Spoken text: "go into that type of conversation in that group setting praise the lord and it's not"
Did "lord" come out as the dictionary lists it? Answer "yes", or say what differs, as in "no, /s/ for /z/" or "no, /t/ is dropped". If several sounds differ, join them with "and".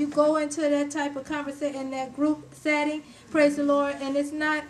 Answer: yes